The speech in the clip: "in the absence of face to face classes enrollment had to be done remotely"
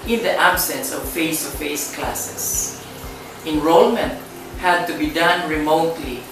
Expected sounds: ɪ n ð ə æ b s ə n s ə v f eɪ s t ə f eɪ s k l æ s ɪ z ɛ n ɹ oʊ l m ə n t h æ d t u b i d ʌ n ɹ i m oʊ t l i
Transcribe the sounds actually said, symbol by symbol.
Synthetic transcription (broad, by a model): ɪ n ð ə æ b s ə n s ə v f eɪ s t ə f eɪ s k l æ s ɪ s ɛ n ɹ oʊ l m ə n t h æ d t u b i d ʌ n ɹ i m oʊ t l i